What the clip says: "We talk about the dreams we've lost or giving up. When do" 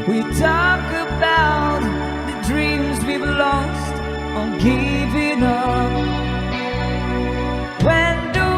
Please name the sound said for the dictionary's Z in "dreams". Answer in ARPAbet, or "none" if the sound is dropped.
Z